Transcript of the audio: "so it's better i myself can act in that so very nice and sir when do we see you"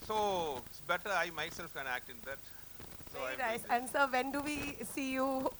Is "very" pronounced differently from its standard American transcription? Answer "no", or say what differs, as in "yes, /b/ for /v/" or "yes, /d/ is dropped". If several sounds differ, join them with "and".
yes, /ɹ/ is dropped